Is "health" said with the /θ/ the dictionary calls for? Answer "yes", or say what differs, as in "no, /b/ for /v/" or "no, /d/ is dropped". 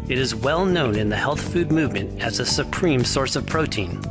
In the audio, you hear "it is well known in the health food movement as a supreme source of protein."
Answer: yes